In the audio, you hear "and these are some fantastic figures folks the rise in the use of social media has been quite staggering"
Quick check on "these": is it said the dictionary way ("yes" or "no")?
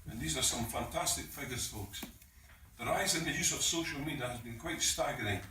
yes